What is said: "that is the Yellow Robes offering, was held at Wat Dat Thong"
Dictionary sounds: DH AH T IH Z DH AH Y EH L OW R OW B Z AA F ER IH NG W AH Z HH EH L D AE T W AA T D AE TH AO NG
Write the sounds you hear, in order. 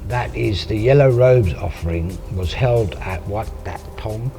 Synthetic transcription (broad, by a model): DH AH T IH Z DH AH Y EH L OW R OW B Z AA F ER IH NG W AH Z HH EH L D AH T W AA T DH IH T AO NG